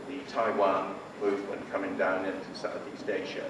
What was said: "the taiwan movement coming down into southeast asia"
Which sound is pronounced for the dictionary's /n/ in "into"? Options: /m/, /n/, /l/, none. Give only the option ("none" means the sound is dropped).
/n/